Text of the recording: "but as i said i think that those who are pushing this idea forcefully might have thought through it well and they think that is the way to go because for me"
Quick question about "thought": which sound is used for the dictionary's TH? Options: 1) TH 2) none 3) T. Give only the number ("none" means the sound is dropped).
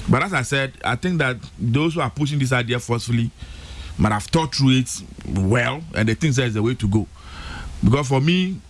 3